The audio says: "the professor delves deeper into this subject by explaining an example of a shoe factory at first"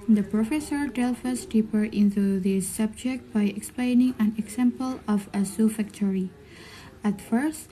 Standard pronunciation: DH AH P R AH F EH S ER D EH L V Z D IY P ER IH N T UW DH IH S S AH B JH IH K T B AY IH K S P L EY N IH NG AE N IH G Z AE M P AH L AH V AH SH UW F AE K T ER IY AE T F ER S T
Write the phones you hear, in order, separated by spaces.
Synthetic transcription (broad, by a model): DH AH P R AH F EH S ER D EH L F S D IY P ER IH N T UW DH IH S S AH B JH IH K T B AY IH K S P L EY N IH NG AE N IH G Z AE M P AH L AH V AH S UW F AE K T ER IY AE T F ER S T